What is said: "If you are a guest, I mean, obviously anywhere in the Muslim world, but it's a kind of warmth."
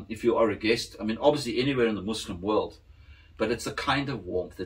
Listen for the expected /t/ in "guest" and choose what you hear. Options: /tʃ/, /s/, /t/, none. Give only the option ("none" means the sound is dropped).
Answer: /t/